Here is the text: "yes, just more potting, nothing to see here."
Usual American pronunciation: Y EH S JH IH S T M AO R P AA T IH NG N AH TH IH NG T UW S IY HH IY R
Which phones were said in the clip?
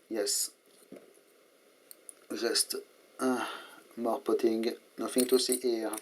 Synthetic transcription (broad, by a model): Y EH S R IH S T M AO R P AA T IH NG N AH F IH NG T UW S IY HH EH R